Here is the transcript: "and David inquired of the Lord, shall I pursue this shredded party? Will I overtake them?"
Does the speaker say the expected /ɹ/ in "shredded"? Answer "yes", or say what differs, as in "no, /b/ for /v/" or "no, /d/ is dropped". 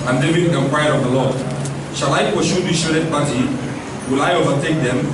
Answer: no, /ɹ/ is dropped